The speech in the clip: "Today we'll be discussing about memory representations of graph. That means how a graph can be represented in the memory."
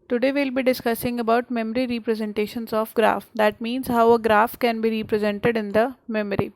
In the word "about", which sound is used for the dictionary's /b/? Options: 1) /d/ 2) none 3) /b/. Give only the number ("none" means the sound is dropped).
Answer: 3